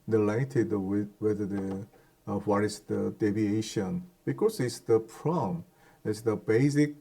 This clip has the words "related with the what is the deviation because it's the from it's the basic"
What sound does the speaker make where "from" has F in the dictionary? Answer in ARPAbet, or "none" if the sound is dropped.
P